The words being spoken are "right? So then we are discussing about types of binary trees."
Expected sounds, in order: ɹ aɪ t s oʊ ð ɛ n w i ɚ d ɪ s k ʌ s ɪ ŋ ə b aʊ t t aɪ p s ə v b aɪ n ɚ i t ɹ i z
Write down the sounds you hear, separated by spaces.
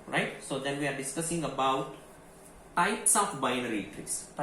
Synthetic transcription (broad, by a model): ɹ aɪ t s oʊ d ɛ n w i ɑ d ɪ s k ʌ s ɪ ŋ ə b aʊ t t aɪ s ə f b aɪ n ɚ i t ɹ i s